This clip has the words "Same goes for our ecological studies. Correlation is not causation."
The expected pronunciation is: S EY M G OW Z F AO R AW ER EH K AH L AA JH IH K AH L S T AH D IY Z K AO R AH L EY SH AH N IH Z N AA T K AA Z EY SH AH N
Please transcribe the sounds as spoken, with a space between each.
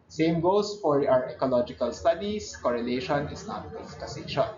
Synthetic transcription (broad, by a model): S EY M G OW S F AO R AW ER EH K AH L AA JH IH K AH L S T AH D IY S K AO R AH L EY SH AH N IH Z N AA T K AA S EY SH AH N